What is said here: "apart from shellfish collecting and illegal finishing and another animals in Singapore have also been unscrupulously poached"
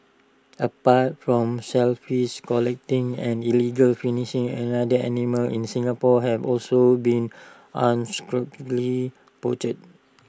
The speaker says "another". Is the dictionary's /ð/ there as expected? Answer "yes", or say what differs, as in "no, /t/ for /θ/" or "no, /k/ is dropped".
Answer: no, /ð/ is dropped